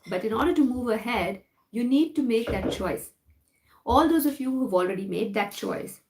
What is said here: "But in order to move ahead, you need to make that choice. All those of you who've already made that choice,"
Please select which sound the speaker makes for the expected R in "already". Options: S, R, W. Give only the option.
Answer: R